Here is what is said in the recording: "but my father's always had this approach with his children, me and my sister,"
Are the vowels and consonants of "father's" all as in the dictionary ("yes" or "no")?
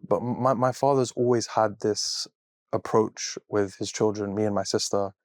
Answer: yes